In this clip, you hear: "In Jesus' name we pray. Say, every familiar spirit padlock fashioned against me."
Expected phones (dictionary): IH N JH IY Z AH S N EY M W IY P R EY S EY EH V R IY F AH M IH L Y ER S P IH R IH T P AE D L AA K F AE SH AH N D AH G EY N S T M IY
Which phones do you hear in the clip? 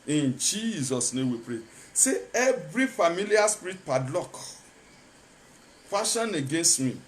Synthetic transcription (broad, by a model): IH N JH IY Z AH S N EY M W IY P R EY S EY EH V R IY F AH M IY L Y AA S P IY R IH T P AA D L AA K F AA SH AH N AH G EY N S T M IY